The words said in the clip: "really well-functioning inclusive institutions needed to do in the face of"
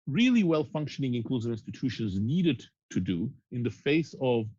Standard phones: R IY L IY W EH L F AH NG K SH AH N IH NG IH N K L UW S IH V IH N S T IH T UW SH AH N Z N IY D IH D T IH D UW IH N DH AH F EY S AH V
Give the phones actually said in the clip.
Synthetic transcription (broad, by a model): R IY L IY W EH L F AH NG K SH AH N IH NG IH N K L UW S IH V IH N S T IH T UW SH AH N Z N IY D IH D T IH D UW IH N DH AH F EY S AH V